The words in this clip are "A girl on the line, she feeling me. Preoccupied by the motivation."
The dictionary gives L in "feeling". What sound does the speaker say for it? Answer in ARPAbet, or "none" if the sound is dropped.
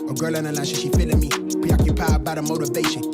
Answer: N